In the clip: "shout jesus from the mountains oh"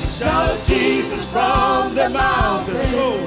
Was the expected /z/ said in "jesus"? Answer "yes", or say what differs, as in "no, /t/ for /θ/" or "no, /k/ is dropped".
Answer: yes